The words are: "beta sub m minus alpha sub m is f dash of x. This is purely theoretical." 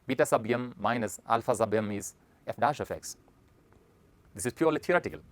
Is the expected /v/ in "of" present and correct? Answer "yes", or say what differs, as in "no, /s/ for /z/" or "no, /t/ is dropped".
no, /f/ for /v/